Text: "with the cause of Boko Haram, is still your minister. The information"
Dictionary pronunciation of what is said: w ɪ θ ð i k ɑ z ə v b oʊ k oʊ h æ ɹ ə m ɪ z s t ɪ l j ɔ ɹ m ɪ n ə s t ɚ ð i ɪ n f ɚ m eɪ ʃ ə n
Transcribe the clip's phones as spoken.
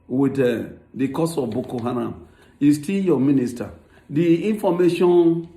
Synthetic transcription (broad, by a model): w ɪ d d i k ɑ s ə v b oʊ k oʊ h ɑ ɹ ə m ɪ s t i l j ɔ m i n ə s t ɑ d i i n f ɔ m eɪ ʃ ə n